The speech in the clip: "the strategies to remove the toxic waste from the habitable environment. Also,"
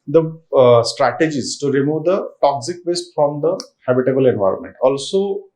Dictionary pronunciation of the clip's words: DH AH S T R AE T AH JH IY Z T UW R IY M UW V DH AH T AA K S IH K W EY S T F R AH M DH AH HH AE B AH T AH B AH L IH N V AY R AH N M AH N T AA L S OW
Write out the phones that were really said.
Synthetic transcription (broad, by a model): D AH S T R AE T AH JH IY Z T UW R IY M UW V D AH T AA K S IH K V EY S T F R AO M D AH HH AE B AH T AH B AH L IH N V AY R AH N M AH N T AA L S OW